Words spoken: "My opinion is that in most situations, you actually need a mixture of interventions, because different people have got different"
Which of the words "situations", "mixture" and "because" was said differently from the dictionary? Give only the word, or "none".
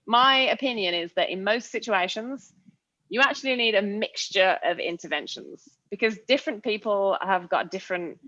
none